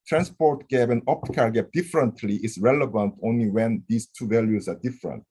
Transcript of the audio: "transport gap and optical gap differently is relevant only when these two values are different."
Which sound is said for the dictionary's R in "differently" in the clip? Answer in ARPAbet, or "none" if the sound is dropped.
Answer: R